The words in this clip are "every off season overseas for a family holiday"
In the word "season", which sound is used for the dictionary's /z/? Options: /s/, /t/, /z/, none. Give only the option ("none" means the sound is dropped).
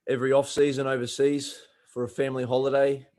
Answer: /z/